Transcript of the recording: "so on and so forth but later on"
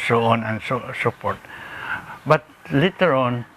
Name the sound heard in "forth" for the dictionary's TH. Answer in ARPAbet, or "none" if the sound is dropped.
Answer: T